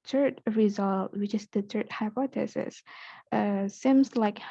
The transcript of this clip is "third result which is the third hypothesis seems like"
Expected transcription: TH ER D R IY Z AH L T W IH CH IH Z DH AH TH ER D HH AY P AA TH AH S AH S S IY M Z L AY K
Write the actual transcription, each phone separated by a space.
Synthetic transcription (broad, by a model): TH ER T R IY Z AH L T W IH CH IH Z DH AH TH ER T HH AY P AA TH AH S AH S S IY M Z L AY K